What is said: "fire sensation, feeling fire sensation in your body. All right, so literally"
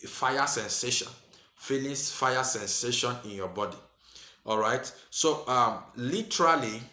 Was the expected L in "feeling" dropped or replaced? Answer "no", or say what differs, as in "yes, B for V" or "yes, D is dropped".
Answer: yes, N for L